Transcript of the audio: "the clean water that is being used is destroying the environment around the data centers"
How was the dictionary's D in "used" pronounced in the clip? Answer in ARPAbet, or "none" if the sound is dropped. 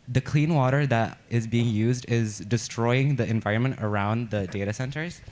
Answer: D